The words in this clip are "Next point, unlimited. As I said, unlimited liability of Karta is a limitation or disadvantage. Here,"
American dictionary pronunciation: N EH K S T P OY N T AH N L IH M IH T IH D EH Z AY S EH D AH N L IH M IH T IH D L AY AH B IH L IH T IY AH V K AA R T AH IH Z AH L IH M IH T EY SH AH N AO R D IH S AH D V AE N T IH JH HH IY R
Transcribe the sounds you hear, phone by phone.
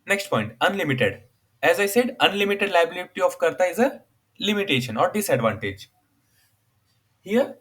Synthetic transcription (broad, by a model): N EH K S T P OY N T AH N L IH M IH T IH D EH Z AY S EH D AH N L IH M IH T IH D L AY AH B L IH T IY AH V K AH R T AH IH Z AH L IH M IH T EY SH AH N AO R D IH S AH D V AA N T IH JH HH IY R